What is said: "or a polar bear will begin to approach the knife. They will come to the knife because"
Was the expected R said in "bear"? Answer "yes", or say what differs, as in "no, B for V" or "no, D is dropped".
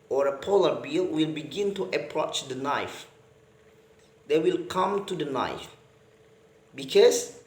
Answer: no, L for R